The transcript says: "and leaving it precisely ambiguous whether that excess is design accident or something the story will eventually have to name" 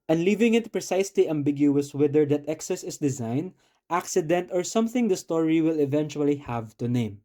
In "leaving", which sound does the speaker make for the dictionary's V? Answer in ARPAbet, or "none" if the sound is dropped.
V